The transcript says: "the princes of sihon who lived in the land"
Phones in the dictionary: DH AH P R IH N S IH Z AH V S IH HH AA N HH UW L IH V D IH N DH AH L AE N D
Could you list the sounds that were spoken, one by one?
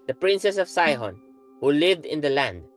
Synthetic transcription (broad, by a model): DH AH P R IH N S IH S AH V S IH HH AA N HH UW L IH V D IH N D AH L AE N D